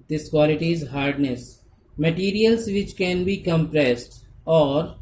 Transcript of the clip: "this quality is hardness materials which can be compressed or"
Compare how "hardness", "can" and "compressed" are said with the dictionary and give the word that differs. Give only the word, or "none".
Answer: none